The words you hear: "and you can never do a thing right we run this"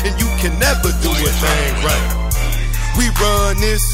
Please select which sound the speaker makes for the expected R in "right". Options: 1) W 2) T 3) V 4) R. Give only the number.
4